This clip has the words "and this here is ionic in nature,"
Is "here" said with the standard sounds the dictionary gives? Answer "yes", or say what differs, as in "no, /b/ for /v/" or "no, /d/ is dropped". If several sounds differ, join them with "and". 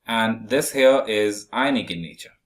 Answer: no, /l/ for /ɹ/